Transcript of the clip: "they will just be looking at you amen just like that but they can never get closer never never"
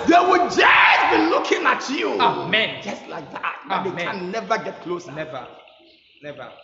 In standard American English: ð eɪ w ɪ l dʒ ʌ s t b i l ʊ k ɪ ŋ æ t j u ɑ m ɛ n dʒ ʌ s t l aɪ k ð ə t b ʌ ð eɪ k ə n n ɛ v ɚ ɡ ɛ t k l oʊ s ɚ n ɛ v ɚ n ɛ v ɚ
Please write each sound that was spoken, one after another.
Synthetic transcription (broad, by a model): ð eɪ w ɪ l dʒ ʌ s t b i l ʊ k ɪ ŋ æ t j u ɑ m ɛ n dʒ ʌ s t l aɪ k ð ə t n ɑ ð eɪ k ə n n ɛ v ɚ ɡ ɛ t k l oʊ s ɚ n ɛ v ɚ n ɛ v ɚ